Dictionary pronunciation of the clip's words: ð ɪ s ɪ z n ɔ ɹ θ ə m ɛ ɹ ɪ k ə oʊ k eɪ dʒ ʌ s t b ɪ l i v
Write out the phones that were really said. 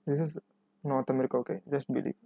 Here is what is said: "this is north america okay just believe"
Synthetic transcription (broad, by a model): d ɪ s ɪ z n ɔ ɹ t ə m ɛ ɹ ɪ k ə oʊ k eɪ dʒ ʌ s t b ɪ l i